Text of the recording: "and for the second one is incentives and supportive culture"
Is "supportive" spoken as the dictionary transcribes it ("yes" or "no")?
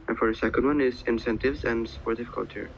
no